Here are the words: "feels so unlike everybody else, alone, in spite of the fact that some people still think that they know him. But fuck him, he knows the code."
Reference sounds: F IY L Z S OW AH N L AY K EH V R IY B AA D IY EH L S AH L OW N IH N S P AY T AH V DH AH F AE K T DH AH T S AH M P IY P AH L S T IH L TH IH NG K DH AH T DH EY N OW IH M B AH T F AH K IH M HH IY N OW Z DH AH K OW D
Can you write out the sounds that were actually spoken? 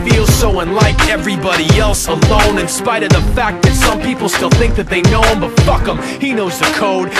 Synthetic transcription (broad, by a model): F IY L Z S OW AH N L AY K EH V R IY B AA D IY EH L S AH L OW N IH N S P AY T AH V DH AH F AE K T DH AH T S AH M P IY P L S T IH L TH IH NG K DH AH T DH EY N OW IH M B AH T F AH K IH M HH IY N OW Z DH AH K OW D